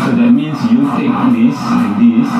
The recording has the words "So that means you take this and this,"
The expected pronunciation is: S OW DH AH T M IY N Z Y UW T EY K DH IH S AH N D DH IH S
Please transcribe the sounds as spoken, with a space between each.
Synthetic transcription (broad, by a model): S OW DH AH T M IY N S Y UW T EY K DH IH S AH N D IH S